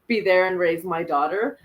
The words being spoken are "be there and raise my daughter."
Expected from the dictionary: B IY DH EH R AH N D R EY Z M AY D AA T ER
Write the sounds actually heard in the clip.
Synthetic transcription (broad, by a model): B IY DH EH R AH N R EY Z M AY D AA T ER